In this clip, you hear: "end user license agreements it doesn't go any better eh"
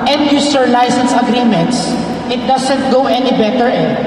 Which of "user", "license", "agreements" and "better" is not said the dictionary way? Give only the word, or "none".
user